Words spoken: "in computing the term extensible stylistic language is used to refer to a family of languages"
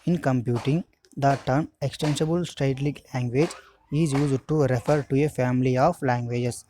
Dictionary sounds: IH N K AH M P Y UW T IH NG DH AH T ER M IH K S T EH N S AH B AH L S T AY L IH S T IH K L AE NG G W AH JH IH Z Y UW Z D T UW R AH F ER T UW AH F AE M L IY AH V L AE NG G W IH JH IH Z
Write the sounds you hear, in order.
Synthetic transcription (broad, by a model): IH N K AH M P Y UW T IH NG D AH T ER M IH K S T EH N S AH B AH L S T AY IH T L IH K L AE NG G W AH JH IH Z Y UW Z D T UW R AH F ER T UW AH F AE M L IY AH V L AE NG G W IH JH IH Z